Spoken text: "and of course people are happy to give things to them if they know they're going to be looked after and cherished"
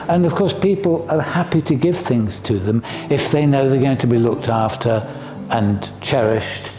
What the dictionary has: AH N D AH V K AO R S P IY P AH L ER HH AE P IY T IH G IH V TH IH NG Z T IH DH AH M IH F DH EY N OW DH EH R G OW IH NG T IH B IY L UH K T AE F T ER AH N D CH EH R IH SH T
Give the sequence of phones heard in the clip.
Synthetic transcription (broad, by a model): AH N AH V K AO R S P IY P L ER HH AE P IY T IH G IH V TH IH NG Z T IH DH AH M IH F DH EY N OW DH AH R G OW IH NG T IH B IY L UH K T AE F T ER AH N CH EH R IH SH T